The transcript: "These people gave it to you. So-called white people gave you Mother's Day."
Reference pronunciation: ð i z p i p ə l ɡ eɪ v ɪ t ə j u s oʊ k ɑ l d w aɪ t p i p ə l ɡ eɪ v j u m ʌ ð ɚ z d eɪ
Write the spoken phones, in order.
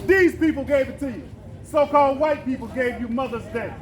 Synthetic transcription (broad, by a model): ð i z p i p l ɡ eɪ v ɪ t ə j s oʊ k ɑ l d w aɪ t p i p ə l ɡ eɪ v j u m ʌ ð ɚ z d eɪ